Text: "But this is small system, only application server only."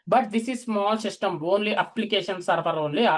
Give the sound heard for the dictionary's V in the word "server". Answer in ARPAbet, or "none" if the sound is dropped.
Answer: P